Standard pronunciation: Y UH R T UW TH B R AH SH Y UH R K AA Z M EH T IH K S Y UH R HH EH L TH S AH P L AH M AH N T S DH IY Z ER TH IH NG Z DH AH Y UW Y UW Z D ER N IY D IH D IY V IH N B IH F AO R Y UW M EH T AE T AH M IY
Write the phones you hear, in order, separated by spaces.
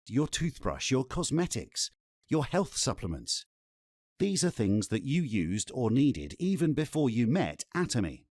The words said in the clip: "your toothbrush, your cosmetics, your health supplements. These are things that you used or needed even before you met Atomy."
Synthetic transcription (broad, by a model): Y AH R T UW TH B R AH SH Y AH R K AA Z M EH T IH K S Y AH R HH EH L TH S AH P L AH M AH N T S DH IY Z ER TH IH NG Z DH AH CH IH Y UW Z D ER N IY D IH D IY V IH N B IH F AO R Y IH M EH T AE T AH M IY